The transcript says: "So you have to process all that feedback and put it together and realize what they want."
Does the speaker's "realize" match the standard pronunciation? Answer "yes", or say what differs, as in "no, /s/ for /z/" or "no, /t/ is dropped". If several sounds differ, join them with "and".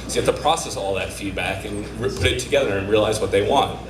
yes